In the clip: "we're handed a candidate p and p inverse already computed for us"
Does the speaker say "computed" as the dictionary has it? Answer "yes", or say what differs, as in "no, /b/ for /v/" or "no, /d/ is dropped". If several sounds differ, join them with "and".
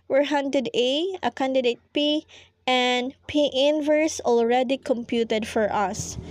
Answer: yes